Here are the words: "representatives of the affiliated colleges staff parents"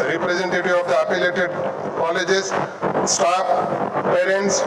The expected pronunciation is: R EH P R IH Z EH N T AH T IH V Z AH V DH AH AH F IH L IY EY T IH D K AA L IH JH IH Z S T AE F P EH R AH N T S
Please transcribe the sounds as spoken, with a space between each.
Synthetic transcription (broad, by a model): R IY P R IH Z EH N T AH T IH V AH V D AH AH P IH L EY T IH D K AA L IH JH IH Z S T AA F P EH R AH N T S